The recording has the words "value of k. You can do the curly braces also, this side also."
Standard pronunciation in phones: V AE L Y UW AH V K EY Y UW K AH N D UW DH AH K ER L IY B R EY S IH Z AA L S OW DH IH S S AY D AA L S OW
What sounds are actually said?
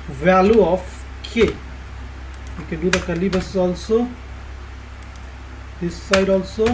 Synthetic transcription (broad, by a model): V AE L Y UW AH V K EY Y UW K AH N D UW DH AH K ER L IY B EY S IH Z AA L S OW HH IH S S AY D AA L S OW